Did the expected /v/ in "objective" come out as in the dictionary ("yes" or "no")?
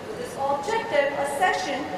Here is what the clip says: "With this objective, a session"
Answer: no